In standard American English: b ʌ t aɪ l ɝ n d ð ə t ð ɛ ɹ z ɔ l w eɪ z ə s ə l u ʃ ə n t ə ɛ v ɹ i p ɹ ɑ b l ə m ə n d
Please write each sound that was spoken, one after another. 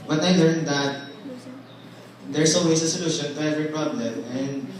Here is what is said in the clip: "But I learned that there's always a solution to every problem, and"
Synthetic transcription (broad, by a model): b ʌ t aɪ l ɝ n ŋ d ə t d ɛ ɹ s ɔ w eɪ s ə s ə l u ʃ ə n t ə ɛ v ɹ i p ɹ ɑ b l ə m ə n d